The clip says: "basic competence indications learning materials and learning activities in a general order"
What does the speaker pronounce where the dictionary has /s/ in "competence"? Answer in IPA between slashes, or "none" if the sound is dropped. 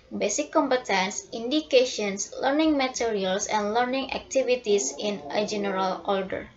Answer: /s/